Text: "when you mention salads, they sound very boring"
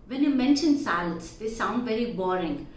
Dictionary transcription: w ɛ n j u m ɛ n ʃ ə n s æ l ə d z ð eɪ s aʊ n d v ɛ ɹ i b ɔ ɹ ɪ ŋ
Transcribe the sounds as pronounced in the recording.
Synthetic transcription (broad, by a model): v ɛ n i m ɛ n ʃ ə n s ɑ ə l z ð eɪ s aʊ n d v ɛ ɹ i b ɔ ɹ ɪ ŋ